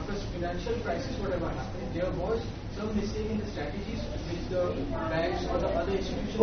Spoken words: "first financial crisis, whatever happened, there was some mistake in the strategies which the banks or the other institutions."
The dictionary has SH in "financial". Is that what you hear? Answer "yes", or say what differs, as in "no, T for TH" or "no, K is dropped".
yes